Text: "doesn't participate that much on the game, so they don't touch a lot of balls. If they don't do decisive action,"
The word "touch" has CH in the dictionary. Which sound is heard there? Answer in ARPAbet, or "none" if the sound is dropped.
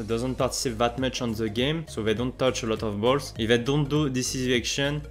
CH